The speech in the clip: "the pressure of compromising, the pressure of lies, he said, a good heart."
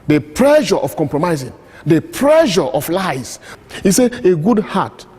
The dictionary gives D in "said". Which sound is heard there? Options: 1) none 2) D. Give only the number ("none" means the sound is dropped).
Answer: 1